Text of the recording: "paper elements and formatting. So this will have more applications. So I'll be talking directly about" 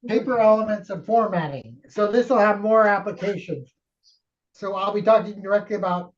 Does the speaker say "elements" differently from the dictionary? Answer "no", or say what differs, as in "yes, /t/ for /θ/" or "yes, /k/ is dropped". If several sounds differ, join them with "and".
no